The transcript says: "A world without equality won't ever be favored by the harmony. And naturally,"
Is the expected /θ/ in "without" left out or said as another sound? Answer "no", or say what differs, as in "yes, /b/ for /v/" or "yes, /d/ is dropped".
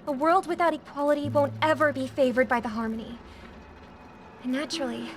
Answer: no